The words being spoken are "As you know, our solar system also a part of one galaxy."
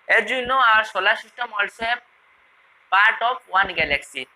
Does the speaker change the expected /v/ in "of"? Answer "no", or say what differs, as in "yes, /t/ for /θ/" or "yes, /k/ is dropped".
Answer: yes, /p/ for /v/